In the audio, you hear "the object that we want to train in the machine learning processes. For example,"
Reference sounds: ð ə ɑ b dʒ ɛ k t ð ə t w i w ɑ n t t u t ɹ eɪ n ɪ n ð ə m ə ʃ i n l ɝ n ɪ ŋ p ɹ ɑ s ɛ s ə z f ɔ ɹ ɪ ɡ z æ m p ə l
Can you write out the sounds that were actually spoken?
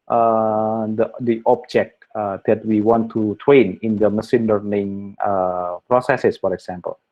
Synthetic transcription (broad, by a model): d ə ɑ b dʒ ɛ k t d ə t w i w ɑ n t t u t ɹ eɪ n ɪ n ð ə m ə s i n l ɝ n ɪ ŋ p ɹ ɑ s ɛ s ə s f ɔ ɹ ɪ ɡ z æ m p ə l